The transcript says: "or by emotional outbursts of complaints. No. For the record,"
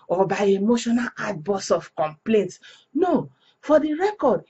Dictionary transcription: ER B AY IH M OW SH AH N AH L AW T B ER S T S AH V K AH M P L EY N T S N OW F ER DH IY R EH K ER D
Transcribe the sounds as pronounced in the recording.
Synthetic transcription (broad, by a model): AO B AY IH M OW SH AH N AH L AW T B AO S S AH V K AH M P L EY N T S N OW F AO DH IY R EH K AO D